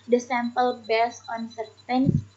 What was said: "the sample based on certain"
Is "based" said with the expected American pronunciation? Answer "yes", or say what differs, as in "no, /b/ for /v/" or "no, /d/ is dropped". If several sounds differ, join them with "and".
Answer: no, /t/ is dropped